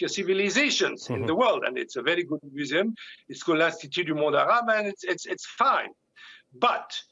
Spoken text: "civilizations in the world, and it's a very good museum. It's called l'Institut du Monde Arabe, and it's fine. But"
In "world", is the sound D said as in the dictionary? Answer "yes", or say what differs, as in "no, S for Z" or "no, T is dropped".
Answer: yes